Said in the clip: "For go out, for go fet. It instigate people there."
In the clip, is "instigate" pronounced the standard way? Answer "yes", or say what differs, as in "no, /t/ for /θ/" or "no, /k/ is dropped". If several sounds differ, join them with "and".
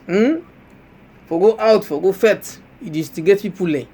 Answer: no, /n/ is dropped